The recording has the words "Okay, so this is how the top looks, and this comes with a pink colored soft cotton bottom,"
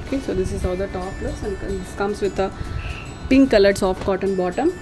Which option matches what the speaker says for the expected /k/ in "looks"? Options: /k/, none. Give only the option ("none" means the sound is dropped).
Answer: none